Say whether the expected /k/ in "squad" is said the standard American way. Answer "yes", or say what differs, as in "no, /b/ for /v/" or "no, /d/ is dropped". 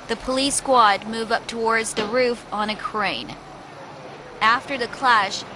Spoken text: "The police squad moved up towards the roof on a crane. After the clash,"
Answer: yes